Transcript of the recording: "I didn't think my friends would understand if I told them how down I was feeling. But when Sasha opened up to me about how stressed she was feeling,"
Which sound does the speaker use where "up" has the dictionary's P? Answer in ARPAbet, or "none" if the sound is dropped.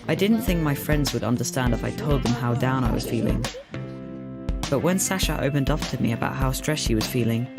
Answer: F